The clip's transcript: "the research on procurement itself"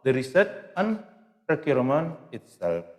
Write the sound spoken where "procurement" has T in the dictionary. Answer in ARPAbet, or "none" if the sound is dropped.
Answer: none